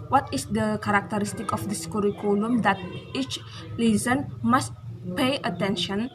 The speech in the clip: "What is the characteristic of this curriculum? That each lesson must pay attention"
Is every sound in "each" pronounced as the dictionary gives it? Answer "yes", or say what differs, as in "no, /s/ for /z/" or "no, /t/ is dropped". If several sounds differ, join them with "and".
yes